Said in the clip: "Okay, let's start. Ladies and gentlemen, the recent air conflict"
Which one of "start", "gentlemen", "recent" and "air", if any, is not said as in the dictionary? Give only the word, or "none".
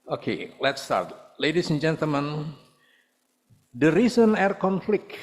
recent